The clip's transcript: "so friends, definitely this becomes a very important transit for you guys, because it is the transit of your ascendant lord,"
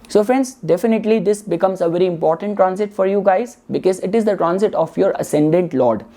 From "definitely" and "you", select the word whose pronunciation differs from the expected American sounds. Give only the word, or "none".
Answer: none